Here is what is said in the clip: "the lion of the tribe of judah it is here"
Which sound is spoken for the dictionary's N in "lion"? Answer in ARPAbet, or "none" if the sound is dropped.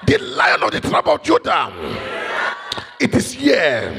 N